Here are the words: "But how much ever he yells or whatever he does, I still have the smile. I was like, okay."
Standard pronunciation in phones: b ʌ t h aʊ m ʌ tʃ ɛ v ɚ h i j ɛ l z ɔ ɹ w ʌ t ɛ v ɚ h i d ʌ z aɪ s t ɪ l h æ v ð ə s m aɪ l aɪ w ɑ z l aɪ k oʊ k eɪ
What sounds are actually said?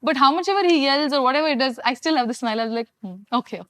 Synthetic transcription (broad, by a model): b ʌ t h aʊ m ʌ tʃ ɛ v ɚ h i j ɛ l z ɔ ɹ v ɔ t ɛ v ɚ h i d ʌ z aɪ s t ɪ l h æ v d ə s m aɪ l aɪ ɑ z l aɪ k oʊ k eɪ